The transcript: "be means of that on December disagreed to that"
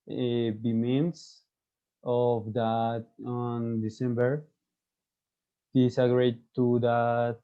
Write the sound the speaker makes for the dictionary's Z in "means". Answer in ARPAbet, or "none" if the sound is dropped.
S